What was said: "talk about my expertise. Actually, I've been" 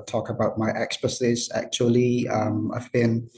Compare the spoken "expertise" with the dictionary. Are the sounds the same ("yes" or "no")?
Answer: no